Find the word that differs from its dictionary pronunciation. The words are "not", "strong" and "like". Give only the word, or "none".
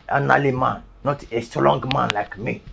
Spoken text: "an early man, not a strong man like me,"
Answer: strong